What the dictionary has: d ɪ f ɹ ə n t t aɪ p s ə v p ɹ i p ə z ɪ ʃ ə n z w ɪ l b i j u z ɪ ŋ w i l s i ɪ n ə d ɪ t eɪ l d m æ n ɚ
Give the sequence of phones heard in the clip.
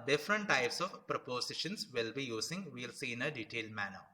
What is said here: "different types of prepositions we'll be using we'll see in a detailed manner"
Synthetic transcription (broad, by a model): d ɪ f ɹ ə n t t aɪ p s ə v p ɹ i p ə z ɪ ʃ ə n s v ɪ l b i j u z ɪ ŋ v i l s i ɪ n ə d ɪ t eɪ l d m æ n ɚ